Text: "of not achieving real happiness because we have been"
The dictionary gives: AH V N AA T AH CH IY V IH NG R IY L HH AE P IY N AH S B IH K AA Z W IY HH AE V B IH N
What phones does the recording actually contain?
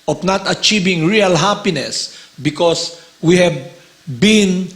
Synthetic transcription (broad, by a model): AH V N AA T AH CH IY V IH NG R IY L HH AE P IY N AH S B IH K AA S W IY HH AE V B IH N